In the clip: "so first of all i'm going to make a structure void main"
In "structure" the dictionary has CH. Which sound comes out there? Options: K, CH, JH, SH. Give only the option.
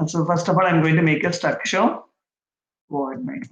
SH